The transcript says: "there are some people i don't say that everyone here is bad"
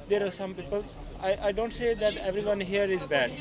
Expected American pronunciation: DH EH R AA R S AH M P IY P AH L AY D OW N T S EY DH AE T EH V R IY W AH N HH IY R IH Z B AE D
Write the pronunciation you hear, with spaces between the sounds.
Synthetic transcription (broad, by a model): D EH R AA R S AH M P IY P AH L AY D OW N T S EY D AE T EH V R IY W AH N HH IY R IH Z B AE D